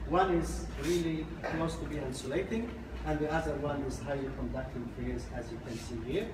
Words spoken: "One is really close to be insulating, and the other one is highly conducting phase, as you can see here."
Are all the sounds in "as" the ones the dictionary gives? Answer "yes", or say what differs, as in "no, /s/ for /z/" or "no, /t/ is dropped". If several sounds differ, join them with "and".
yes